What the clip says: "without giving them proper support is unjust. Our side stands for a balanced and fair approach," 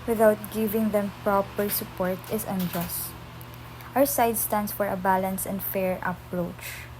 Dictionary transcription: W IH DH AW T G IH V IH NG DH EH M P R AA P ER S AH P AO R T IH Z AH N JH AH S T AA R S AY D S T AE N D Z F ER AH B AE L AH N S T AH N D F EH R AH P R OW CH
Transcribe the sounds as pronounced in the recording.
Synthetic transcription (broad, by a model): W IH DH AW T G IH V IH NG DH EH M P R AA P ER S AH P AO R T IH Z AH N JH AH S T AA W S AY D S T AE N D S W ER AH B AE L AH N S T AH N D F EH R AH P R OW CH